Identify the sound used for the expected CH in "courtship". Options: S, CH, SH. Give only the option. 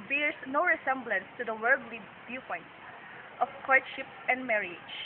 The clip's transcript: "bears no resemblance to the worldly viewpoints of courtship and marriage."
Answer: SH